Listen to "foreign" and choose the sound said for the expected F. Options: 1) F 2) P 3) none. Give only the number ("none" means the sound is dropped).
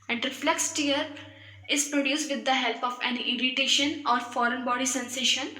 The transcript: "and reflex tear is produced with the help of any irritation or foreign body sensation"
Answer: 1